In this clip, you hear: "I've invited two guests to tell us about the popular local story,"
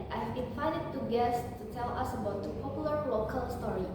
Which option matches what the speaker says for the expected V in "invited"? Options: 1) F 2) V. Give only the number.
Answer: 1